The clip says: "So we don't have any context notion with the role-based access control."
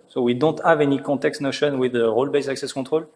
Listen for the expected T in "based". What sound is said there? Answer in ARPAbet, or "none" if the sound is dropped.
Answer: none